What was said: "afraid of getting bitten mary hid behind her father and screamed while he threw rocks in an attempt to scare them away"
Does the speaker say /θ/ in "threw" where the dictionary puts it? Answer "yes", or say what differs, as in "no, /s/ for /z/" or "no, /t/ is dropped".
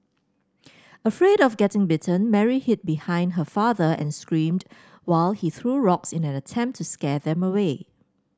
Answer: yes